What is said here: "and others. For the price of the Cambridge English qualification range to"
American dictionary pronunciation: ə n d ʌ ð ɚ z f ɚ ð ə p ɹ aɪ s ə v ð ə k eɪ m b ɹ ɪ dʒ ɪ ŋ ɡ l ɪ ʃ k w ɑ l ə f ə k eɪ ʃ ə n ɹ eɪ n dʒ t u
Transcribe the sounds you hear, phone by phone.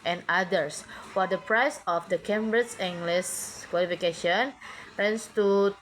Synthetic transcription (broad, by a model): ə n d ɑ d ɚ s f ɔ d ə p ɹ aɪ s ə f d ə k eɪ m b ɹ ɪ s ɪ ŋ ɡ l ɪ s k w ɑ l ə f ə k eɪ ʃ ə n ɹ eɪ n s t u